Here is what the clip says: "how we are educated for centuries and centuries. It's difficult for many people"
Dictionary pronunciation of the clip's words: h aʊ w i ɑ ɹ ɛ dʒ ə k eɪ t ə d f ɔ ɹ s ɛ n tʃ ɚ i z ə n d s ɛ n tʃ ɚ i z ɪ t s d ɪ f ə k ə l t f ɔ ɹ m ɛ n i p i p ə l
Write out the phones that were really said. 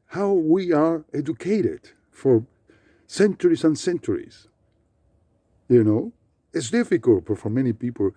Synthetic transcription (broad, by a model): h aʊ w i ɑ ɹ ɛ dʒ ə k eɪ t ə d f ɔ ɹ s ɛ n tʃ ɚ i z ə n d s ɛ n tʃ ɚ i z ɪ t s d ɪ f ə k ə l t f ɔ ɹ m ɛ n i p i p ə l